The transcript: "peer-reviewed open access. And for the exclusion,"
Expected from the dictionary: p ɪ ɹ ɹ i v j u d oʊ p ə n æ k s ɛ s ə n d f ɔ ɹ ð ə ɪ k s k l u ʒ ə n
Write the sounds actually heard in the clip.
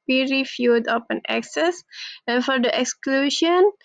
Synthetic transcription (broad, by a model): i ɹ ɹ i f j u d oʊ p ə n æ k s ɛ s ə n f ɔ ɹ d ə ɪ k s k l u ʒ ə n